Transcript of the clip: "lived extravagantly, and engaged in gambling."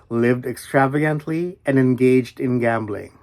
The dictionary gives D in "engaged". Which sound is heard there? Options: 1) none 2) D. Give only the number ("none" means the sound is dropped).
2